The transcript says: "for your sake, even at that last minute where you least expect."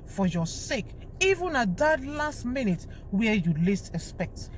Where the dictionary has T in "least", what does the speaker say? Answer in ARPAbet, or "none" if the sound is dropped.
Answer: T